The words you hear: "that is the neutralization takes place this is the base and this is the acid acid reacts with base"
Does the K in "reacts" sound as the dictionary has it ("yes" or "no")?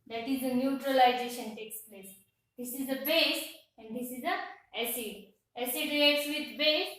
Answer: no